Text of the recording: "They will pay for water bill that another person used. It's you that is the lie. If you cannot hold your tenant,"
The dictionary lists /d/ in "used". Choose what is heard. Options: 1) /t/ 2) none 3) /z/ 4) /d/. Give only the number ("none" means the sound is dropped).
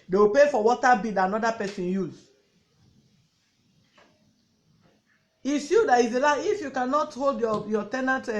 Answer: 2